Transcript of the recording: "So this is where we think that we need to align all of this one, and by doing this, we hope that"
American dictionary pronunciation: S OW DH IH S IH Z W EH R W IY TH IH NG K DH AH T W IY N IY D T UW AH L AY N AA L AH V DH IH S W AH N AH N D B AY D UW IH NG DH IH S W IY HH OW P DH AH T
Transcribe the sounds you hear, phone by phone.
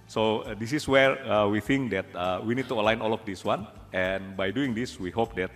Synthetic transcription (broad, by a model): S OW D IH S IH S W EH R W IY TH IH NG K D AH T W IY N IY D T UW AH L AY N AA L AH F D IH S W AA N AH N B AY D UW IH NG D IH S W IY HH OW P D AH T